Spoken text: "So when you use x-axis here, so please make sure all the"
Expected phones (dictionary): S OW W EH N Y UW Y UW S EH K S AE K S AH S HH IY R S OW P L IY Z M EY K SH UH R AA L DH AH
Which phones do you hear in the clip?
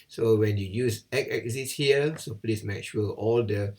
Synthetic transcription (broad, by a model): S OW W EH N Y UW Y UW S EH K EH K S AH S HH IY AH S OW P L IY S M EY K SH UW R AA L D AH